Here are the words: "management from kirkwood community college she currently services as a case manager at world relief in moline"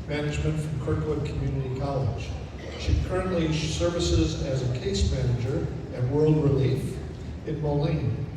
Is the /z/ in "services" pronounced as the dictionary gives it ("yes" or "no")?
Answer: yes